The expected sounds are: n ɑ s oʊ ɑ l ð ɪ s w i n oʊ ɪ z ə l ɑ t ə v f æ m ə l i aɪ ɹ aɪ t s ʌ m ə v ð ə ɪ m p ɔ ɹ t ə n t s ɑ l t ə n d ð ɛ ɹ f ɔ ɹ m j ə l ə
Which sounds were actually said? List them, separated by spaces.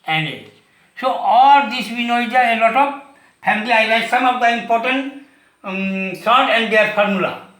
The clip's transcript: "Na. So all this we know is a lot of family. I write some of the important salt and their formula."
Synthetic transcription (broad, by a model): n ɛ s oʊ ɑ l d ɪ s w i n oʊ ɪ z ə l ɑ t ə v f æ m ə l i aɪ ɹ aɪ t s ʌ m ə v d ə ɪ m p ɔ ɹ t ə n t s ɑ t ə n d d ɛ ɹ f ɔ ɹ m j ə l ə